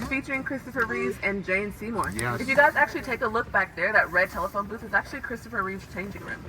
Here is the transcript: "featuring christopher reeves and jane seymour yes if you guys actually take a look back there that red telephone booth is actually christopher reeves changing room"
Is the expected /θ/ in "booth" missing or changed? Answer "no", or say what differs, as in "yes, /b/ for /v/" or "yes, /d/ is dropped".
yes, /t/ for /θ/